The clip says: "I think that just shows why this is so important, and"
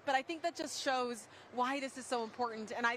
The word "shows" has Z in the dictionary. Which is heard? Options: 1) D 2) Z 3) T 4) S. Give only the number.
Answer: 2